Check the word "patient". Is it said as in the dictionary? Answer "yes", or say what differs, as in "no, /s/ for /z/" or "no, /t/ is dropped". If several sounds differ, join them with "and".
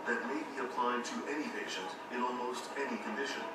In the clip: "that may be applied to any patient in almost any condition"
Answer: yes